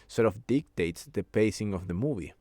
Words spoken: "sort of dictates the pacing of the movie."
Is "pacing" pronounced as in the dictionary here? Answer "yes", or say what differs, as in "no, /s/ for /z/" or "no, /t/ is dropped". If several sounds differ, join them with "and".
yes